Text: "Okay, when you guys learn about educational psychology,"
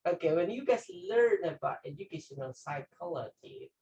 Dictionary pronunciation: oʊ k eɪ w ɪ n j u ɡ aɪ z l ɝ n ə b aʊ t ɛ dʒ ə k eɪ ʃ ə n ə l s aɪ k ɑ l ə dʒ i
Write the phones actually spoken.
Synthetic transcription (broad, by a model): oʊ k eɪ w ɪ n j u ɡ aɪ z l ɝ n ə b aʊ t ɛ dʒ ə k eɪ ʃ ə n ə n s aɪ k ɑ l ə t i